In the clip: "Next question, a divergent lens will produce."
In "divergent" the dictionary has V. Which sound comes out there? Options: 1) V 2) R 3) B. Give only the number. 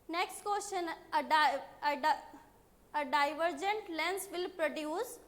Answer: 1